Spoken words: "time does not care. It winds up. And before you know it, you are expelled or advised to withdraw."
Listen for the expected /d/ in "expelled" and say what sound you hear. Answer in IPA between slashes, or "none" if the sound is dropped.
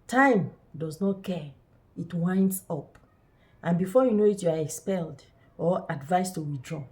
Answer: /d/